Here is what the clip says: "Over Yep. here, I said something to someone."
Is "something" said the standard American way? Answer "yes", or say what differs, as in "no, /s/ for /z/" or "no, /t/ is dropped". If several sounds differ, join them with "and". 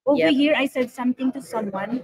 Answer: no, /t/ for /θ/